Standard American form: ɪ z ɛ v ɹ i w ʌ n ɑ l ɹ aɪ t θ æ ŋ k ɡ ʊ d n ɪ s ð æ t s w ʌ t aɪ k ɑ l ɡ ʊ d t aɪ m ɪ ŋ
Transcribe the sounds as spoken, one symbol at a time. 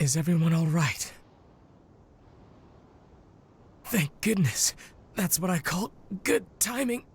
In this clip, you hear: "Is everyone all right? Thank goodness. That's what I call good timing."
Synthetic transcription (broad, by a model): ɪ z ɛ v ɹ i w ʌ n ɑ l ɹ aɪ t θ æ ŋ k ɡ ʊ d n ɪ s ð æ t s w ʌ t aɪ k ɑ l ɡ ʊ d t aɪ m ɪ ŋ